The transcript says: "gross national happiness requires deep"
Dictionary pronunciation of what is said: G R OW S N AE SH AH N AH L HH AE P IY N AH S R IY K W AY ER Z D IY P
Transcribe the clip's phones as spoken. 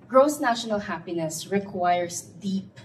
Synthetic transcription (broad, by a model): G R OW S N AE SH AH N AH L HH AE P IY N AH S R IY K W AY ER S D IY P